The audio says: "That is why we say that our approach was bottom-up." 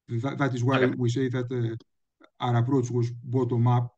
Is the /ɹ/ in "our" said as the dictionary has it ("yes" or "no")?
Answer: yes